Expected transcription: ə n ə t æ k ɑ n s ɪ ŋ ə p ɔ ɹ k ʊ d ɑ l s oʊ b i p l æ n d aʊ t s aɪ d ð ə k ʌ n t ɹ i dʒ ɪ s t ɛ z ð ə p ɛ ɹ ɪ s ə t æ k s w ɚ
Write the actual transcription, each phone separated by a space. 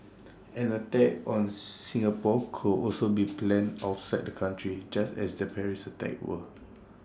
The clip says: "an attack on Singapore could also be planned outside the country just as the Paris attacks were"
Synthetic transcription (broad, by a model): ə n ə t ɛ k ɑ n s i ŋ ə p ɔ k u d ɑ l s oʊ b i p l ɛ n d aʊ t s aɪ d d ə k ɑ n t ɹ i dʒ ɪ s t ɛ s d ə p ɛ ɹ ɪ s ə t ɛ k w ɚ